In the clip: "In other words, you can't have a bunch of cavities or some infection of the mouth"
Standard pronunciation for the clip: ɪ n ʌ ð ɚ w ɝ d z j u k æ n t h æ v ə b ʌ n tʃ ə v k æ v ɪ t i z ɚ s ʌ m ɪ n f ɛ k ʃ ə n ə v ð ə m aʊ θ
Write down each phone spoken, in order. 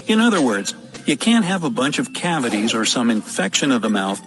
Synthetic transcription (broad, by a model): ɪ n ʌ ð ɚ w ɝ d z j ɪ k æ n t h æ v ə b ʌ n tʃ ə v k æ v ɪ t i z ɚ s ʌ m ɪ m f ɛ k ʃ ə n ə v ð ə m aʊ θ